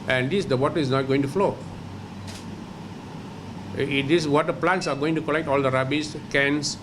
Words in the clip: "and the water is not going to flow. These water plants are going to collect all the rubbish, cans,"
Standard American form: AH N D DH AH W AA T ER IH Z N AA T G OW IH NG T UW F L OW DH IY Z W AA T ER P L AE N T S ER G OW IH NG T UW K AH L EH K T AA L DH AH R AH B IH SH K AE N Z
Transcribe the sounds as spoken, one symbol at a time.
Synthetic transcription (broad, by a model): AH N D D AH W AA T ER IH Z N AA T G OW IH NG T UW F L OW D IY S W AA T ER P L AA N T S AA G OW IH NG T UW K AH L EH K T AA L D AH R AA B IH S K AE N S